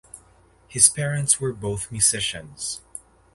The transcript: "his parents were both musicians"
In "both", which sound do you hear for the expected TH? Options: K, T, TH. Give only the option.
TH